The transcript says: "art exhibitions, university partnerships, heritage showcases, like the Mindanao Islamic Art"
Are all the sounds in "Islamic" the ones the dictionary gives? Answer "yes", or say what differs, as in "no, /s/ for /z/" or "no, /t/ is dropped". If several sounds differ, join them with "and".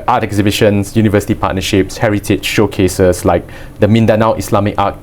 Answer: no, /s/ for /z/